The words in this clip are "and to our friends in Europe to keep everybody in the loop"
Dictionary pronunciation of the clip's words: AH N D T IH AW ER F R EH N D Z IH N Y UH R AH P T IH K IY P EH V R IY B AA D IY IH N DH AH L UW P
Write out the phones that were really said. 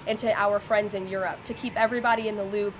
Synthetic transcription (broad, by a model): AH N T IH AW ER F R EH N D Z IH N Y UH R AH P T IH K IY P EH V R IY B AA D IY IH N DH AH L UW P